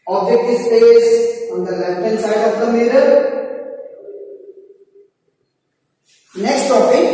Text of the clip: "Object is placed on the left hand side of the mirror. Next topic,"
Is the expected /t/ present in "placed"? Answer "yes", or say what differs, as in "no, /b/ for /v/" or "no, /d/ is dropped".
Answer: no, /t/ is dropped